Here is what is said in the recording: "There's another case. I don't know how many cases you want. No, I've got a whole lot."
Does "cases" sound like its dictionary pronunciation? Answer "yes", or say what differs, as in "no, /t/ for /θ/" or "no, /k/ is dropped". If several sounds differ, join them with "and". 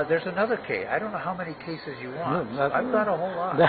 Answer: yes